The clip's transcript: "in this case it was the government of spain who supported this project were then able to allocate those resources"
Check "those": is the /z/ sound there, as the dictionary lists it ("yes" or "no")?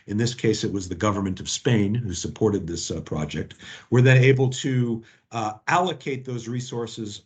yes